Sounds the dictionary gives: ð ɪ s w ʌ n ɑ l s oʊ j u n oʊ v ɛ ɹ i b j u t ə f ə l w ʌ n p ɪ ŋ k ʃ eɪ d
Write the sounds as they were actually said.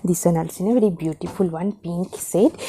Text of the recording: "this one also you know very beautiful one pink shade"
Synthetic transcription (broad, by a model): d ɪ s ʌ n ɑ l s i n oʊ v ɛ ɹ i b j u t ə f ə l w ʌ n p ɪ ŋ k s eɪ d